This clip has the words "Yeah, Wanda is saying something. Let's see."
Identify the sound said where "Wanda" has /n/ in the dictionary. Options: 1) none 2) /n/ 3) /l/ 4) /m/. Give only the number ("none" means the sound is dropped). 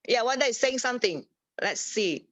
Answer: 1